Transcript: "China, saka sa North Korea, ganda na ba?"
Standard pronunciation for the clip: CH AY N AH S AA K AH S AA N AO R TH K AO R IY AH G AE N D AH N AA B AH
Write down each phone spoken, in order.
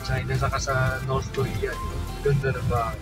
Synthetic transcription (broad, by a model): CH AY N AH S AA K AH S AA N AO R S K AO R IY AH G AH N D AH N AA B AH